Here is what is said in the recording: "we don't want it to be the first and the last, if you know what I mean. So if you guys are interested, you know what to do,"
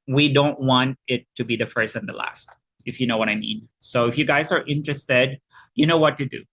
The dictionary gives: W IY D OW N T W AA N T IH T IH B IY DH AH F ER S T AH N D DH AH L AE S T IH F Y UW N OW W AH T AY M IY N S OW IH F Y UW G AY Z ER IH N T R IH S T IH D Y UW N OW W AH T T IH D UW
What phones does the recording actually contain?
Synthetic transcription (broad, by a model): W IY D OW N T W AA N T IH T IH B IY DH AH F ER S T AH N DH AH L AE S T IH F Y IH N OW W AH T AY M IY N S OW IH F Y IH G AY Z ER IH N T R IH S T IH D Y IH N OW W AH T T IH D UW